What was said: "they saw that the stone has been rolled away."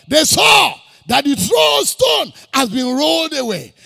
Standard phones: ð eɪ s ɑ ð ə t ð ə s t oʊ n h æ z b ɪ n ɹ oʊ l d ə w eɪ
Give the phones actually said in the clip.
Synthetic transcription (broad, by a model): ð eɪ s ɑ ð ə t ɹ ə s t oʊ n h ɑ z b ɪ n ɹ oʊ l d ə w eɪ